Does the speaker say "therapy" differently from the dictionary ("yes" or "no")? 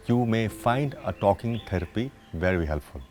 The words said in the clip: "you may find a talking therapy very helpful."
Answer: yes